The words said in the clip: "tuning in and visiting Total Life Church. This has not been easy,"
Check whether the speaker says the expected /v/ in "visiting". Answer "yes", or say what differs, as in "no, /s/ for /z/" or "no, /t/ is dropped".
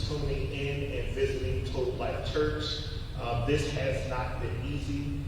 yes